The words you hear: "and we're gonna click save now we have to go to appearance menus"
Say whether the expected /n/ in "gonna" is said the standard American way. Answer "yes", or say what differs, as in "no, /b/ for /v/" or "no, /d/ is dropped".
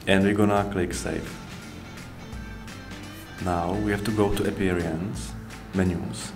yes